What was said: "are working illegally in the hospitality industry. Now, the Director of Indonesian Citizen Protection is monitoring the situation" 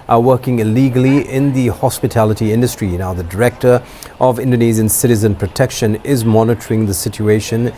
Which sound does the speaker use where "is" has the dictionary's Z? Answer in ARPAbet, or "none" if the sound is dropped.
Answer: Z